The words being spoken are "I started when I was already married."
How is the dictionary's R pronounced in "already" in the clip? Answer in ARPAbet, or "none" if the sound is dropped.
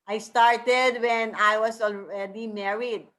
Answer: L